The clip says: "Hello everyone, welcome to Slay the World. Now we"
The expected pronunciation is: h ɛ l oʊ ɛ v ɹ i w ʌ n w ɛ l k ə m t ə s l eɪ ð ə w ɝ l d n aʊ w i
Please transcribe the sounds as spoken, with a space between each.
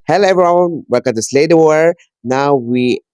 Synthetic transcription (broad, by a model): h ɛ l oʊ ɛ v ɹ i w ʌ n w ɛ k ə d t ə s l eɪ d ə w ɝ n aʊ w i